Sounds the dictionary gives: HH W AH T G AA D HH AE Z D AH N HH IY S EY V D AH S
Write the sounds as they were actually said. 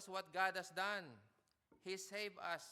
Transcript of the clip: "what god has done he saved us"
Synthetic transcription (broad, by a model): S W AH T G AA D HH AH S D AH N HH IY S EY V AH S